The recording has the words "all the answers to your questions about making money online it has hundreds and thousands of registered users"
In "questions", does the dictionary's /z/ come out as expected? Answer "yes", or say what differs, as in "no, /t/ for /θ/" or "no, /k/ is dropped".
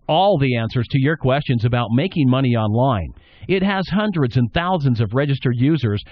yes